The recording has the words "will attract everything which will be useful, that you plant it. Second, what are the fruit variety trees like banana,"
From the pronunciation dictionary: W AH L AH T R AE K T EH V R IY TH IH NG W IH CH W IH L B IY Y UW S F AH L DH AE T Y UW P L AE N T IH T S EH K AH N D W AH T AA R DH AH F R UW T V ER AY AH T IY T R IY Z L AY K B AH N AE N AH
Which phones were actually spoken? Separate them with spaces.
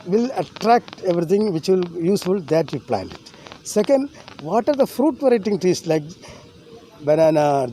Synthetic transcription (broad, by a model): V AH L AH T R AE K T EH V R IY T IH NG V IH CH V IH L Y UW S F AH L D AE T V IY P L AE N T IH T S EH K AH N D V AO T AA R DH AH F R UW T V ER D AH T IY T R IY S L AY K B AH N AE N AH